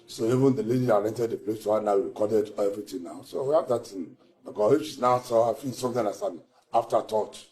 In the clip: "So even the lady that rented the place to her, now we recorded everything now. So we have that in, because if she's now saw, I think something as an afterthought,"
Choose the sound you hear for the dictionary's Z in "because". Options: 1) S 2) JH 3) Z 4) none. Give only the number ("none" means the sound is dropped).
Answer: 4